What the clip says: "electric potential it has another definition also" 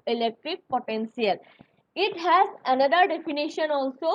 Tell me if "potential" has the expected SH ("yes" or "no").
no